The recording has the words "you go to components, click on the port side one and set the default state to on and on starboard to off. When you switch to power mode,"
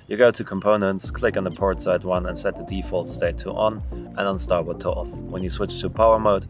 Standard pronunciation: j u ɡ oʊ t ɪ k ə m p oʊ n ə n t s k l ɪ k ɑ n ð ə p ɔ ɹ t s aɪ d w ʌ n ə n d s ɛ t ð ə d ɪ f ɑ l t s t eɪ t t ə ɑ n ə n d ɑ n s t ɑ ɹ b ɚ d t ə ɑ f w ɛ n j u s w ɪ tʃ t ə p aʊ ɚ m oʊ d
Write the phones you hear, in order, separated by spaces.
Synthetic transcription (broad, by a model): j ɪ ɡ oʊ t ɪ k ə m p oʊ n ə n t s k l ɪ k n ð ə p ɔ ɹ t s aɪ d w ʌ n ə n s ɛ t ð ə d ɪ f ɑ l t s t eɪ t t ə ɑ n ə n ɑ n s t ɑ ɹ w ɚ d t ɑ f w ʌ n j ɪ s w ɪ tʃ t ə p aʊ ɚ m oʊ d